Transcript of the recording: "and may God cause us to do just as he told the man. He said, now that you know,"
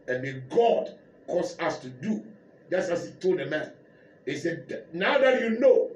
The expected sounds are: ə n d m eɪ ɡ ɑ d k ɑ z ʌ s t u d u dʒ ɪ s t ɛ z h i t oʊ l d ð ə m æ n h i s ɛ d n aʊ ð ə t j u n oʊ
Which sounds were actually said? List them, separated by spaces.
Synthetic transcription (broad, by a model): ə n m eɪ ɡ ɑ d k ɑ s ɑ s t u d u dʒ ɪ s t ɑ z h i t oʊ l d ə m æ n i s ɛ d n aʊ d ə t j u n oʊ